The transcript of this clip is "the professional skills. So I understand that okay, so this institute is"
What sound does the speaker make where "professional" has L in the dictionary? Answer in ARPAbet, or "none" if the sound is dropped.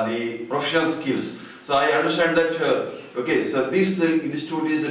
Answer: N